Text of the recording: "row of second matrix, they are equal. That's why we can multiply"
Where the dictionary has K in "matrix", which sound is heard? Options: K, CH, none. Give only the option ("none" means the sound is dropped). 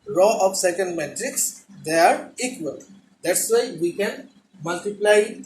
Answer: K